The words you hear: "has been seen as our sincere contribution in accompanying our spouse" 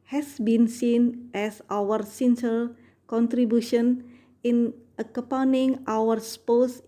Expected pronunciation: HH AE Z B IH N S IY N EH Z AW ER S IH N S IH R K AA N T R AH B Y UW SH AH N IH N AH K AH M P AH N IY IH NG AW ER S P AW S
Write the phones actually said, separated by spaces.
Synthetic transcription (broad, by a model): HH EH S B IH N S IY N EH S AW ER S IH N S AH L K AA N T R AH B Y UW SH AH N IH N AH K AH P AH N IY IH NG AW ER S P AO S